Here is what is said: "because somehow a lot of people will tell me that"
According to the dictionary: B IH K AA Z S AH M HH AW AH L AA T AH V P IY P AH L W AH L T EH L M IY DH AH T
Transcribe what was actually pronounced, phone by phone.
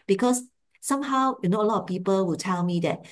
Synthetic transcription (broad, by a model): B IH K AA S S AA M HH AW AH N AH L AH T P IY P AH L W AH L T EH L M IY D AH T